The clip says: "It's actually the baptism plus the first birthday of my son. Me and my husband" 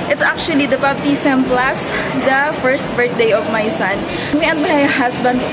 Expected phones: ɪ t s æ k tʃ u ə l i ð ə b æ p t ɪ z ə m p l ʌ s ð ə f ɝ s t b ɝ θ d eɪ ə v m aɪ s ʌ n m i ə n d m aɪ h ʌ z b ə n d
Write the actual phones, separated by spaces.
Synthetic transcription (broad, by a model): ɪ t s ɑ k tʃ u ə l i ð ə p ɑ b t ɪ s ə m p l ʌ s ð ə f ɝ s t b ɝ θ d eɪ ə v m aɪ s ʌ n m i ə n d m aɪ h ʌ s b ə n d